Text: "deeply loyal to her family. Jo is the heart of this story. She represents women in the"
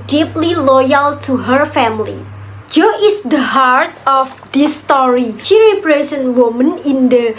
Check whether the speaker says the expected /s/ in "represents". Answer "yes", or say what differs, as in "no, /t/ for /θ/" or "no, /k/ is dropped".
no, /s/ is dropped